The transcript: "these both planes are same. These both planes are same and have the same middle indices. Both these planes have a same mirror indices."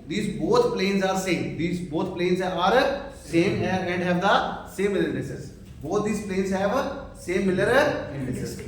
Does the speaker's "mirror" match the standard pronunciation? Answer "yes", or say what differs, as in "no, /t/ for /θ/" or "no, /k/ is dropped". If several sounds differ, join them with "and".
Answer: no, /l/ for /ɹ/